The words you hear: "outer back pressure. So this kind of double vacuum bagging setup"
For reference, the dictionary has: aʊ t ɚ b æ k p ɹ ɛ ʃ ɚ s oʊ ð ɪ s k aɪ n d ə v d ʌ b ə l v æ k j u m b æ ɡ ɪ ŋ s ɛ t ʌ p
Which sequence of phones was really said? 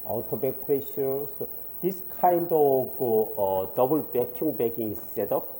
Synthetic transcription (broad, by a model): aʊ t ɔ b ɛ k p ɹ ɛ ʃ ɚ s oʊ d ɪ s k aɪ n d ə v d ʌ b ə l b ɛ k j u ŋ b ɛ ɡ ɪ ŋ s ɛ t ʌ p